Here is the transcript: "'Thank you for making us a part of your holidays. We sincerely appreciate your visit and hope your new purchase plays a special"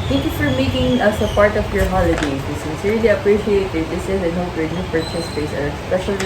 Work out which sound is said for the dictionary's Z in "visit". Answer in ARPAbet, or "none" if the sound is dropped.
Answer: S